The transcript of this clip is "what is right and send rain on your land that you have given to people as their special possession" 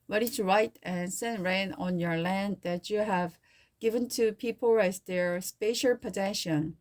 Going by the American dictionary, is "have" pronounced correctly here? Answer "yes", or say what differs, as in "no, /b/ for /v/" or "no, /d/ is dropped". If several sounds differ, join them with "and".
yes